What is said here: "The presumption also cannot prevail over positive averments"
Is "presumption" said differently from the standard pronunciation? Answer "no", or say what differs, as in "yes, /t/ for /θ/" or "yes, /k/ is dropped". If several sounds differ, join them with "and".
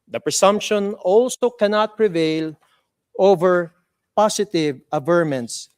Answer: yes, /s/ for /z/